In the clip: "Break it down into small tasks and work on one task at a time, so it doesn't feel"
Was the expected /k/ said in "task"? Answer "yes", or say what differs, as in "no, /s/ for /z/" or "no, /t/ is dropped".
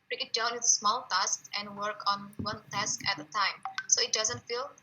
yes